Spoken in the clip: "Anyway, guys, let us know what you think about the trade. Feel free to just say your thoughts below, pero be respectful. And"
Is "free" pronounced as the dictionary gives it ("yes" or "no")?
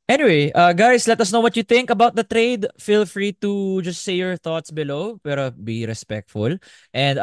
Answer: yes